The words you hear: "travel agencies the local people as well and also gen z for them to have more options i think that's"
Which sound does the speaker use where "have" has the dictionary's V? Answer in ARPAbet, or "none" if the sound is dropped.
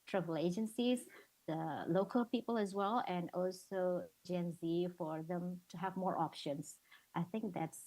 V